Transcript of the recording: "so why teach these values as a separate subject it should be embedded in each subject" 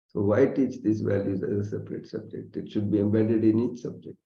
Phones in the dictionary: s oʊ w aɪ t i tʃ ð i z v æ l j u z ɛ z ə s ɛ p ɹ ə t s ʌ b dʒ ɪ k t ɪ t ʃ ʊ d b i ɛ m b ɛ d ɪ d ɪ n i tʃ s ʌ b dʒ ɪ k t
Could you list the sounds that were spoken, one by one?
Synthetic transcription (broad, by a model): s oʊ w aɪ t i tʃ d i s v æ l j u z ɛ z ə s ɛ p ɹ ə t s ʌ b dʒ ɪ k t ɪ t ʃ ʊ d b i ɛ m b ɛ d ɪ d ɪ n i tʃ s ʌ b dʒ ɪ k t